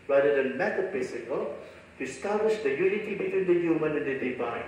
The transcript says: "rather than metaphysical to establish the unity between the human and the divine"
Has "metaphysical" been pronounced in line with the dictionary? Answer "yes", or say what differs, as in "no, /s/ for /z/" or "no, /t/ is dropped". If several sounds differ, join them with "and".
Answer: no, /p/ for /f/ and /s/ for /z/